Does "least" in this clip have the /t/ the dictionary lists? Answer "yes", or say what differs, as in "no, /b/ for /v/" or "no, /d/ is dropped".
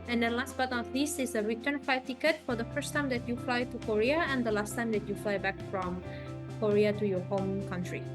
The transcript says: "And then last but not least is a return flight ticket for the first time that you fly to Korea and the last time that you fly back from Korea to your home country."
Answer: no, /t/ is dropped